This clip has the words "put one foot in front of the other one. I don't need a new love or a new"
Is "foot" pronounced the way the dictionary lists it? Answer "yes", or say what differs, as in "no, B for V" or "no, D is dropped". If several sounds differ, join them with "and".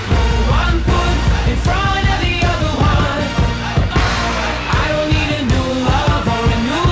no, P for F